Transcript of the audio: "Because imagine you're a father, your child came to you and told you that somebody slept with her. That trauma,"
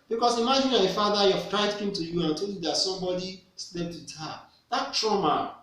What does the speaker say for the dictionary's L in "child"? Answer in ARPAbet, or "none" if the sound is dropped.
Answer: none